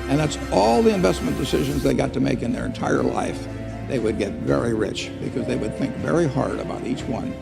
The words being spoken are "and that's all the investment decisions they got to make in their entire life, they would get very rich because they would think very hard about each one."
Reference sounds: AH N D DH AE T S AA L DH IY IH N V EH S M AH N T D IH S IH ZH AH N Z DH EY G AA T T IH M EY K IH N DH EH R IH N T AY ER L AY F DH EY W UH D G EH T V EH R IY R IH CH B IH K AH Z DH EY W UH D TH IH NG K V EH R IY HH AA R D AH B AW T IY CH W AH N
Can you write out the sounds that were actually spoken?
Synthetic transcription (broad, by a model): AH N DH AE T S AA L DH IY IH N V EH S M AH N D IH S IH ZH AH N Z DH EY G AA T T IH M EY K IH N DH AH R IH N T AY ER L AY F DH EY W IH D G EH T V EH R IY R IH CH B IH K AH Z DH EY W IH D TH IH NG K V EH R IY HH AA R D AH B AW T IY CH W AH N